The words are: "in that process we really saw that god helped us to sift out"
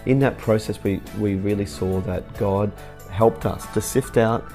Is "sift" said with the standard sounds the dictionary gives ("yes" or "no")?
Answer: yes